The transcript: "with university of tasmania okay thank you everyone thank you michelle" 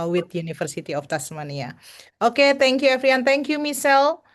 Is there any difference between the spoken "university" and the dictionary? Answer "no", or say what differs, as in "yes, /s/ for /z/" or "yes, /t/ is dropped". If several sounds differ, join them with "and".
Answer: yes, /f/ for /v/